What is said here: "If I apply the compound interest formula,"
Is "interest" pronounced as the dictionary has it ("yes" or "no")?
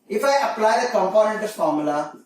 no